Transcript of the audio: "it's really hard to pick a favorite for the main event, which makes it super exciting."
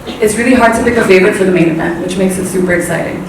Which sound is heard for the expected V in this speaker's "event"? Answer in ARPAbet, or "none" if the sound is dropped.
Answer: B